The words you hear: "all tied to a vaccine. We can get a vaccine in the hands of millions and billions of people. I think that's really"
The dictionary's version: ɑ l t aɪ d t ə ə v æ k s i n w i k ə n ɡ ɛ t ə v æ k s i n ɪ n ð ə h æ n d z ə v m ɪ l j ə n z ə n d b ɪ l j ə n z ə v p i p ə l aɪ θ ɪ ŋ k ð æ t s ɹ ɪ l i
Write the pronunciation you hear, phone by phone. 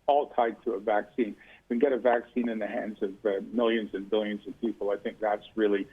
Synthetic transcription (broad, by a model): ɑ l t aɪ d t ə ə v æ k s i n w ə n ɡ ɛ t ə v æ k s i n ɪ n ð ə h æ n d z ə v m ɪ l j ə n z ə n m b ɪ l j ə n z ə v p i p l aɪ θ ɪ ŋ k ð æ t s ɹ ɪ l i